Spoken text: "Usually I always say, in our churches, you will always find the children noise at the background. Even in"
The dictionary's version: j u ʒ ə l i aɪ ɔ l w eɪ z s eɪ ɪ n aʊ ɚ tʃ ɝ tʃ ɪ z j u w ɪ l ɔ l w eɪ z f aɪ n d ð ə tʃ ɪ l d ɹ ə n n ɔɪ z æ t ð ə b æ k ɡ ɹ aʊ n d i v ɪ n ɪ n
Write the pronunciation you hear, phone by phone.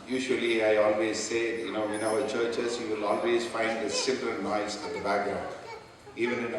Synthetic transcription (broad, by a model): j u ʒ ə l i aɪ ɔ l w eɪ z s eɪ ɪ n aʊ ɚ tʃ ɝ tʃ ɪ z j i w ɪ l ɔ l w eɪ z f aɪ n d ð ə s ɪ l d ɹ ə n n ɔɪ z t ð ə b æ k ɡ ɹ aʊ n d i v ɪ n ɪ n